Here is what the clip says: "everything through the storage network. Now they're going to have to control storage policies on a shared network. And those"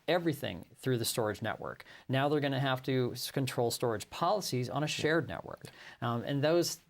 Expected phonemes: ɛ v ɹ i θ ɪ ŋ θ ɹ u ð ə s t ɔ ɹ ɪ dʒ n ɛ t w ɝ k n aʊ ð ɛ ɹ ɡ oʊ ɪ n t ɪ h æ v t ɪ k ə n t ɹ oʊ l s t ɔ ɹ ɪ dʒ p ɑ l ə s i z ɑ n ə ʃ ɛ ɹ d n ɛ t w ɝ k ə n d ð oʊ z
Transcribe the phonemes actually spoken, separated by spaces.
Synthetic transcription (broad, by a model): ɛ v ɹ i θ ɪ ŋ θ ɹ u ð ə s t ɔ ɹ ɪ dʒ n ɛ t w ɝ k n aʊ ð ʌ ɹ ɡ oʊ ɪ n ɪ h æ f t ɪ k ə n t ɹ oʊ l s t ɔ ɹ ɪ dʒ p ɑ l ə s i z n ə ʃ ɛ ɹ d n ɛ t w ɝ k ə n ð oʊ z